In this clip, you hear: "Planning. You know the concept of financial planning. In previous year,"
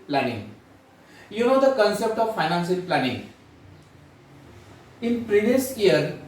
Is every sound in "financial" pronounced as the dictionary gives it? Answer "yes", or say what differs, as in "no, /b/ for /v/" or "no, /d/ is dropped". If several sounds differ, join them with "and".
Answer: no, /s/ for /ʃ/